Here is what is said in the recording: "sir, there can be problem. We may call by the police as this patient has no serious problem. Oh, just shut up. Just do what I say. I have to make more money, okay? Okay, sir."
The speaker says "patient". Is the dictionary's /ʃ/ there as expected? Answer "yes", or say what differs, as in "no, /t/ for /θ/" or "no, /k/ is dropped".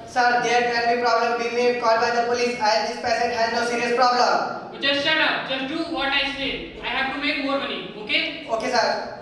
no, /s/ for /ʃ/